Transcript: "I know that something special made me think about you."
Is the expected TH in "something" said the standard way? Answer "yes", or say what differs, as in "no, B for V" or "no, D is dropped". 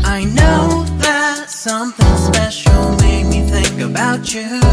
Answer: yes